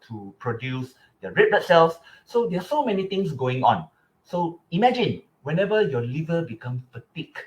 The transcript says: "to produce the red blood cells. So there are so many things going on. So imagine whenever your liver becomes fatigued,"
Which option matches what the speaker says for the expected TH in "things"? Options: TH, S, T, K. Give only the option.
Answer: T